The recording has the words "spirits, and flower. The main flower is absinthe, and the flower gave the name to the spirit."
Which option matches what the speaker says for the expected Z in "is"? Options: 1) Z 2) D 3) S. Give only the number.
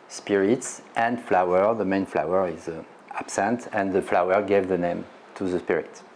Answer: 1